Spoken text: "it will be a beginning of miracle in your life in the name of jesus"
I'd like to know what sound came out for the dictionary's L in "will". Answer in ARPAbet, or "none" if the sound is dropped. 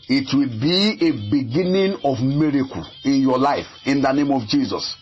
L